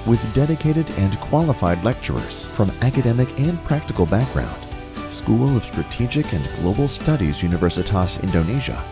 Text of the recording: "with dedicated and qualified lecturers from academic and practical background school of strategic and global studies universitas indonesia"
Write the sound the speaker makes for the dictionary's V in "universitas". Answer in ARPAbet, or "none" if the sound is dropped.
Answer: V